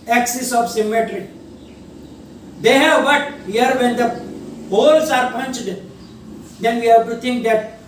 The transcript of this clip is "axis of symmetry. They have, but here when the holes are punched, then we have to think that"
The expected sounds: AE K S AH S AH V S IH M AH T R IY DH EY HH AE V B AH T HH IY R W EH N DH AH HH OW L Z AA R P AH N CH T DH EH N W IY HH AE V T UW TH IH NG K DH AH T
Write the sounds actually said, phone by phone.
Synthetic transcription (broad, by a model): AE K S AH S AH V S IH M AH T R IY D EY HH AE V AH T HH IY R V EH N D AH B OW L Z AA R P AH N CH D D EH N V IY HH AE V T UW T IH NG K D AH T